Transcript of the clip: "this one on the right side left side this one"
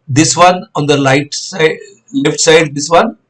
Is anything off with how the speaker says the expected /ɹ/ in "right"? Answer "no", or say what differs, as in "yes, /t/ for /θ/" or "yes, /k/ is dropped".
yes, /l/ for /ɹ/